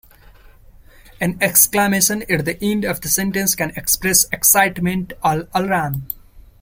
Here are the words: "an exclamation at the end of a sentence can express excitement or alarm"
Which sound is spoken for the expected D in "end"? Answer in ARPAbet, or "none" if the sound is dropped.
D